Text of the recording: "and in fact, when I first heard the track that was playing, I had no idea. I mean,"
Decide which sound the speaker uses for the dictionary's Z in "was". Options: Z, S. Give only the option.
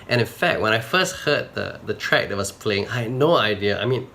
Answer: S